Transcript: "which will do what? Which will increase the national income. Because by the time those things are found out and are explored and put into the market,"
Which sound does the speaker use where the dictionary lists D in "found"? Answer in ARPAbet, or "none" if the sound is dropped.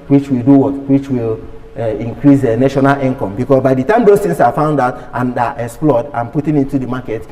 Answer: D